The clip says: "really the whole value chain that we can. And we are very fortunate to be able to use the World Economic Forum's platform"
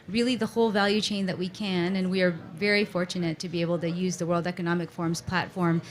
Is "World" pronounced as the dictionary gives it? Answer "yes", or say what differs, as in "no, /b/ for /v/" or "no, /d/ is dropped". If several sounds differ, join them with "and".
yes